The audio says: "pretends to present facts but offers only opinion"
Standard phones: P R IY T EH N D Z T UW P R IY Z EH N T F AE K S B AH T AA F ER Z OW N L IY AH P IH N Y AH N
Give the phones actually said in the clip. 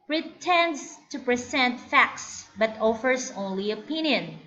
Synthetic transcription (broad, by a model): P R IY T EH N D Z T UW P R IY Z EH N T F AE K S B AH T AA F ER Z OW N L IY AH P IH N Y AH N